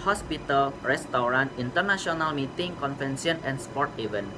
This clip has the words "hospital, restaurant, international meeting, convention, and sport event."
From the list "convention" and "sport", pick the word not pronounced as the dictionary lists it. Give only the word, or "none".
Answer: convention